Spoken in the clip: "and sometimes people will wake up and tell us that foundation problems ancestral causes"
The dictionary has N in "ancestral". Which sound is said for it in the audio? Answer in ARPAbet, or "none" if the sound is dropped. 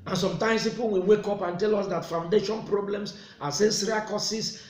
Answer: none